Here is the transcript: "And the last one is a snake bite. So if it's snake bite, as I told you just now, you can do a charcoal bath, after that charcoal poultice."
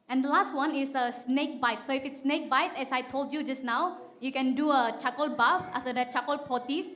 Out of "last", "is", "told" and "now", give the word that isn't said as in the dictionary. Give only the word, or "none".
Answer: is